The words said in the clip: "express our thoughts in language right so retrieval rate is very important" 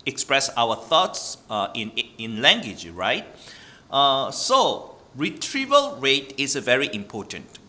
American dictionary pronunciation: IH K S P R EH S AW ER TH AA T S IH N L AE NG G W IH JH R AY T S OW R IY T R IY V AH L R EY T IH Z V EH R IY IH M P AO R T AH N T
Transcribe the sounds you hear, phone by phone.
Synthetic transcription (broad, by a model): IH K S P R EH S AW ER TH AA T S IH N L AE NG G W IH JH R AY T S OW R IY T R IY V AH L R EY T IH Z V EH R IY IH M P AO T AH N T